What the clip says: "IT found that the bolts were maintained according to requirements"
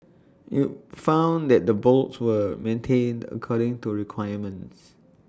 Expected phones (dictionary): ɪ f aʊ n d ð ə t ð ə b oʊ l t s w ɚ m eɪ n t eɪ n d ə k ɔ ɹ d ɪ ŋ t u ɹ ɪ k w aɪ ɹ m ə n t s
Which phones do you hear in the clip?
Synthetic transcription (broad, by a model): ɪ f aʊ n d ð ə t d ə b oʊ l t s w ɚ m eɪ n t eɪ n d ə k ɔ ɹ d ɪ ŋ t u ɹ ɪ k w aɪ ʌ m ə n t s